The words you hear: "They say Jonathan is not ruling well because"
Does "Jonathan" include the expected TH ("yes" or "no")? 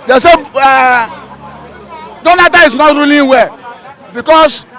no